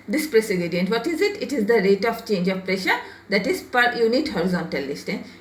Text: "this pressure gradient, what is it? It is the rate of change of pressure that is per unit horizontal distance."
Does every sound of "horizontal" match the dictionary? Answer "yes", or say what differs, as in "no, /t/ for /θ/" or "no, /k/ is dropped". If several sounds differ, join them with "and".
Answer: yes